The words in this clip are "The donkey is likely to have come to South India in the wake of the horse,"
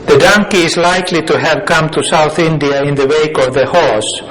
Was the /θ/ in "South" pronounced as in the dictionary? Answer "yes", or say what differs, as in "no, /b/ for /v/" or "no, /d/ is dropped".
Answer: yes